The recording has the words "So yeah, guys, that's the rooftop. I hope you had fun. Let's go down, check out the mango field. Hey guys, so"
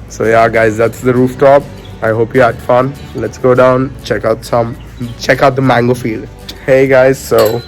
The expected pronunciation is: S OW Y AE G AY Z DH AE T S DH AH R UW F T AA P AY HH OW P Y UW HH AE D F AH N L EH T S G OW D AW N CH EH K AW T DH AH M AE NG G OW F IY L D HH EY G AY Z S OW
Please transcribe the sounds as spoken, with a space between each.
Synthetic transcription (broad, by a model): S OW Y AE G AY Z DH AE T S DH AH R UW F T AA P AY HH OW P Y UW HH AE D F AH N L EH T S G OW D AW N CH EH K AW T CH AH M AE NG G OW F IY L D HH EY G AY Z S OW